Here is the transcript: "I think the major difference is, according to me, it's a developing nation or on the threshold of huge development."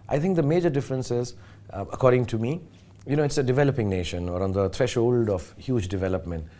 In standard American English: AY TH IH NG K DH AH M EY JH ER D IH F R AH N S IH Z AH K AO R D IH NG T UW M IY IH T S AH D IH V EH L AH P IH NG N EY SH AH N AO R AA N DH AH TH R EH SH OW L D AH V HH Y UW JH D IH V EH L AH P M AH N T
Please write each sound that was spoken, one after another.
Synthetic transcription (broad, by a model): AY T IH NG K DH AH M EY JH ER D IH F R AH N S IH Z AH K AO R D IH NG T UW M IY IH T S AH D IH V EH L AH P IH NG N EY SH AH N AO R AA N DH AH T R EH SH OW L D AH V HH Y UW JH D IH V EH L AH P M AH N T